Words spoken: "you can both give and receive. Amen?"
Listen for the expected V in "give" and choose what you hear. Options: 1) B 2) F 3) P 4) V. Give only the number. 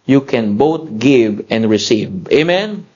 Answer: 4